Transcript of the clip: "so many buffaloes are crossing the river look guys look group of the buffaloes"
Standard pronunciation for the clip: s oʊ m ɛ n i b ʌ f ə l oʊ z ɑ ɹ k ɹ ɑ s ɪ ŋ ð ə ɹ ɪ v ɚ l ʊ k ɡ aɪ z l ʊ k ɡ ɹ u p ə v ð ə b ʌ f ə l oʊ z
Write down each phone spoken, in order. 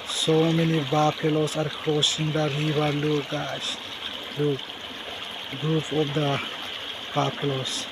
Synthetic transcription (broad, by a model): s oʊ m ɛ n i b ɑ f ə l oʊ s ɑ ɹ k ɹ ɑ s ɪ ŋ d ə ɹ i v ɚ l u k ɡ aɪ s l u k ɡ ɹ u p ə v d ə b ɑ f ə l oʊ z